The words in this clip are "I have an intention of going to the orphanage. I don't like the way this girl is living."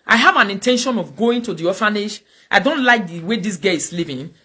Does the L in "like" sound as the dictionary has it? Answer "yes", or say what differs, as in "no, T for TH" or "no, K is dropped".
yes